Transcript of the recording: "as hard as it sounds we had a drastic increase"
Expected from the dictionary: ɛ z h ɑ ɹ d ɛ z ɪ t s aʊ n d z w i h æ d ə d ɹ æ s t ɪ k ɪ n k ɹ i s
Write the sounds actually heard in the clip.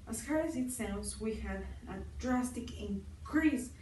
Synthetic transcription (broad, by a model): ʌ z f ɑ ɹ ɪ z ɪ t s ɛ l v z w i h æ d ə d ɹ æ s t ɪ k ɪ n k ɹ i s